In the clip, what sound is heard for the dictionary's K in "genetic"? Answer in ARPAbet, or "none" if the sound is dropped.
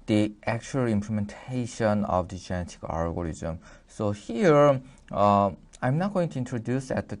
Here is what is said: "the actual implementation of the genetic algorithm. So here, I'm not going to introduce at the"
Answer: K